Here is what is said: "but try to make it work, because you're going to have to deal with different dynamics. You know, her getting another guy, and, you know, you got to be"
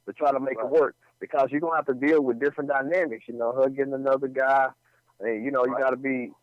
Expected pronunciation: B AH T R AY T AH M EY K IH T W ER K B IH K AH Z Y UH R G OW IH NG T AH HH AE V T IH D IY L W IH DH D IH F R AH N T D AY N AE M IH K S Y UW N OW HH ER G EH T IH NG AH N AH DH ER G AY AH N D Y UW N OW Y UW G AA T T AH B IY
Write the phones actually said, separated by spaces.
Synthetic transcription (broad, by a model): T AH T R AY T AH M EY K IH T W ER K B IH K AH Z Y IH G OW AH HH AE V T IH D IY L W IH DH D IH F R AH N D AY N AE M IH K S Y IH N OW HH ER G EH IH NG AH N AH DH ER G AY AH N Y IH N OW Y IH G AA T T AH B IY